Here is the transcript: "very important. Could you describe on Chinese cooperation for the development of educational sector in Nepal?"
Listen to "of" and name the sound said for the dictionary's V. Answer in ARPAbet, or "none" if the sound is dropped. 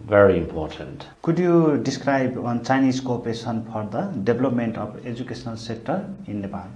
P